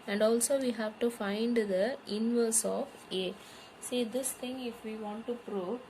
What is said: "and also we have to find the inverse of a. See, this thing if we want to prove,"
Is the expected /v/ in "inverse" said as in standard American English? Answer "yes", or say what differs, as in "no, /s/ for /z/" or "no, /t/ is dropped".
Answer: yes